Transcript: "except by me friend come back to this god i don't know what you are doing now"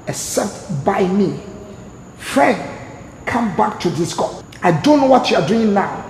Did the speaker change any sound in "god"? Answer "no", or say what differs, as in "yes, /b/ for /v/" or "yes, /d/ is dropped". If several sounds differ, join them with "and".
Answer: yes, /d/ is dropped